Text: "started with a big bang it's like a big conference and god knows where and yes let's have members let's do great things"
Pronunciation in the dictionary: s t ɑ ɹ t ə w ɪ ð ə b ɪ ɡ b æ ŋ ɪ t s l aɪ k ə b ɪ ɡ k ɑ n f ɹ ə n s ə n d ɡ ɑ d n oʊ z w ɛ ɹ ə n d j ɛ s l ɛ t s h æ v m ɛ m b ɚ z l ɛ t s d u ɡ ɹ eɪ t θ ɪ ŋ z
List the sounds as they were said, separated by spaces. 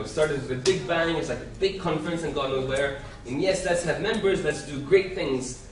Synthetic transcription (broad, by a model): s t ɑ ɹ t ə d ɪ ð ə b ɪ ɡ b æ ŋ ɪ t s l aɪ k ə b ɪ ɡ k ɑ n f ɹ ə n s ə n ɡ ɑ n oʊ w ɛ ɹ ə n j ɛ s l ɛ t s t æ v m ɛ m b ɚ z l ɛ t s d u ɡ ɹ eɪ t θ ɪ ŋ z